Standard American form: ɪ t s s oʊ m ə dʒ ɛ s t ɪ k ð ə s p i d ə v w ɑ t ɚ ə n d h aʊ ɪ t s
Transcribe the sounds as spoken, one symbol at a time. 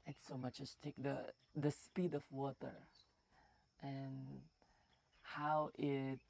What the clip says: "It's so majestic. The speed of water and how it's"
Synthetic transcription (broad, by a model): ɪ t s s oʊ m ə tʃ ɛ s t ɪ k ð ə s p i d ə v w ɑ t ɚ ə n h aʊ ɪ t